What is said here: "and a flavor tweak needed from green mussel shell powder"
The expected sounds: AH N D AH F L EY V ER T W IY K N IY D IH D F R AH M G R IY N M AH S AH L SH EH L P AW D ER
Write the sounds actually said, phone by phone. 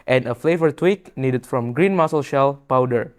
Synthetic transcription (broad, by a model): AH N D AH F L EY V ER T W IY K N IY D IH D F R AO M G R IY N M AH S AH L SH EH L P AW D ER